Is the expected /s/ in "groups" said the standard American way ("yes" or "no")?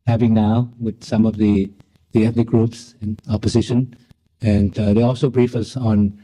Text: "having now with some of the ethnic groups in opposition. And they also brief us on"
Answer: yes